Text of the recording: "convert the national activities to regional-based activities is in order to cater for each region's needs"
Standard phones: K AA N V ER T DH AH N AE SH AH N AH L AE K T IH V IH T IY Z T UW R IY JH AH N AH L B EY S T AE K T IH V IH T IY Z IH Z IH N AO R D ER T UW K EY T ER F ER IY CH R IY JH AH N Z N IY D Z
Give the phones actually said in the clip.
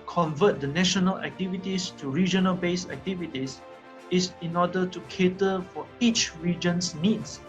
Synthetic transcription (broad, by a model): K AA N V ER T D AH N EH SH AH N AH L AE K T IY V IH T IY S T UW R IY JH AH N AH L B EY S AE K T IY V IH T IY S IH S IH N AO D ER T UW K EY T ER F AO IY CH R IY JH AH N S N IY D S